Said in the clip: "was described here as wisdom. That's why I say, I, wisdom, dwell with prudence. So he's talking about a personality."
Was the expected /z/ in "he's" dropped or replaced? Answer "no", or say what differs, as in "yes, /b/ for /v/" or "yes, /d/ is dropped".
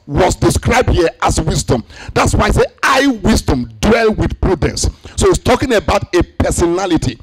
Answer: yes, /s/ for /z/